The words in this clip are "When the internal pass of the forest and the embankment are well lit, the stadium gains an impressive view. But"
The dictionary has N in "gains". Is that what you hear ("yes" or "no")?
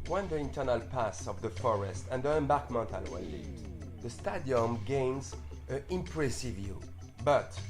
yes